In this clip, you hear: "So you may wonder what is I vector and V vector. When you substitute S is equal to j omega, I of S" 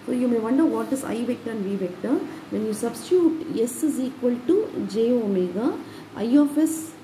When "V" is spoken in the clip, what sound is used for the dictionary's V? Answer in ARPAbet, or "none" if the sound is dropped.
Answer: V